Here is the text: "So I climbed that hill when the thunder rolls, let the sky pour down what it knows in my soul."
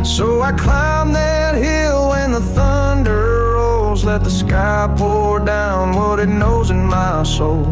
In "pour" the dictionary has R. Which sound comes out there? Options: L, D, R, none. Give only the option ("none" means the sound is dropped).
L